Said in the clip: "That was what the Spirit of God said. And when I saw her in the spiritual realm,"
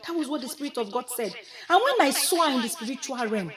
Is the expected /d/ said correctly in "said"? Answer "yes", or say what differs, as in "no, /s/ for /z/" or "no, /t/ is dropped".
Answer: yes